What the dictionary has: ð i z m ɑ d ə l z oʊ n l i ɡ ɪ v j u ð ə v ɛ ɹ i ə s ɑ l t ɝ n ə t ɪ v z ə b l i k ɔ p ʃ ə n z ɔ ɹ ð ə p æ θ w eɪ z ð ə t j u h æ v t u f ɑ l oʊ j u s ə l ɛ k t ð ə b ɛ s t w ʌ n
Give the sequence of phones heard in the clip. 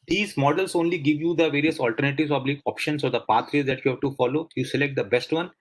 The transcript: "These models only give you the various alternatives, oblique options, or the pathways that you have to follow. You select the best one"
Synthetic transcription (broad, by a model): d i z m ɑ d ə l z oʊ n l i ɡ ɪ v j u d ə v ɛ ɹ i ə s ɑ l t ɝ n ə t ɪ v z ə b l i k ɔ p ʃ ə n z ɔ ɹ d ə p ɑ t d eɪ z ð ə t j u h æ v t u f ɑ l oʊ j u s ə l ɛ k t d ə b ɛ s t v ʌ n